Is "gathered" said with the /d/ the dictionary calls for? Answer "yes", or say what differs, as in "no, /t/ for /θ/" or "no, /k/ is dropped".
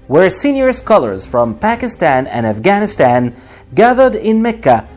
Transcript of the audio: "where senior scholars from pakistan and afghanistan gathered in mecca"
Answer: yes